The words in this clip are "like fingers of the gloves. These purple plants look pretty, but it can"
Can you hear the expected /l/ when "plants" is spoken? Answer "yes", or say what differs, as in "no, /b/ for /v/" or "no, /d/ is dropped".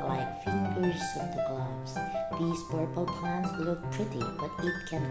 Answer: no, /l/ is dropped